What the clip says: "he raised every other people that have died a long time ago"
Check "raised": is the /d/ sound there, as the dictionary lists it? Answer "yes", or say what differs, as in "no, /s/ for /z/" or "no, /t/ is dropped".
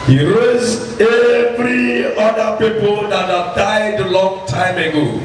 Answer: no, /d/ is dropped